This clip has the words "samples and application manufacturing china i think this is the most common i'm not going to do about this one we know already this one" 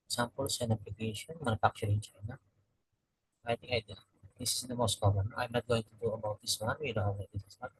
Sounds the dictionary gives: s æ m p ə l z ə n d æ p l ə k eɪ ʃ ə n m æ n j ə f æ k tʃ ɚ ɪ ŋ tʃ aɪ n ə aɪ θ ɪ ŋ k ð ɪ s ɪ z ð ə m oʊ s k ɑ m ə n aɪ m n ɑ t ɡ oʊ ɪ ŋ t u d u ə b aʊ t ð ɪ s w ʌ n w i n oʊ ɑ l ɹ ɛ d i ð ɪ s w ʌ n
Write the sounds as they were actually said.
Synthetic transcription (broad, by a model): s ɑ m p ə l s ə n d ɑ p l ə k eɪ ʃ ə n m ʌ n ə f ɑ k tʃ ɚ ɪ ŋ tʃ aɪ n ə aɪ t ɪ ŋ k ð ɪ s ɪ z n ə m oʊ s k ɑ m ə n aɪ m n ɑ t ɡ oʊ ɪ ŋ t u d u ə b aʊ t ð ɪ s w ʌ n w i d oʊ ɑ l ɛ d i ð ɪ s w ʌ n